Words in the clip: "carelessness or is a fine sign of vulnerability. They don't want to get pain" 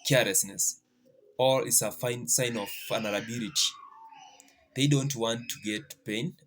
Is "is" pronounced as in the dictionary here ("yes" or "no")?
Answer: no